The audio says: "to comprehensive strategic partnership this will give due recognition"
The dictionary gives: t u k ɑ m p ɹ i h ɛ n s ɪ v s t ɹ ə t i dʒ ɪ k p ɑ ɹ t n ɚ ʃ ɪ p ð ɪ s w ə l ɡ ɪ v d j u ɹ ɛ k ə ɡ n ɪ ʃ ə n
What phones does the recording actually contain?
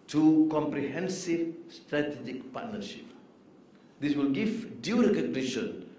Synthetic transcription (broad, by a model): t u k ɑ m p ɹ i h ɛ n s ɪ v s t ɹ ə t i dʒ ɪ k p ɑ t n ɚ ʃ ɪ p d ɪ s w ə l ɡ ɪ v d j u ɹ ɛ k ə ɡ n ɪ ʃ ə n